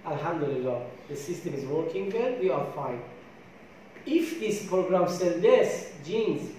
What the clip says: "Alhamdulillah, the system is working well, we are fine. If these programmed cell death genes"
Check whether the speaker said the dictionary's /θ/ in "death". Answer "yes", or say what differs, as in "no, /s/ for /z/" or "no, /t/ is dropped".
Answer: no, /s/ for /θ/